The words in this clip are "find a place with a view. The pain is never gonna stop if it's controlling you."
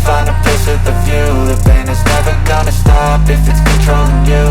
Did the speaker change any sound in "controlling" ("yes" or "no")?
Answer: yes